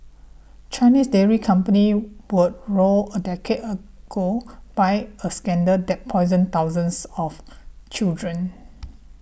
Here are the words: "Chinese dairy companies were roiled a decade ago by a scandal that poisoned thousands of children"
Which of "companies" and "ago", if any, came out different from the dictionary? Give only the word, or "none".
companies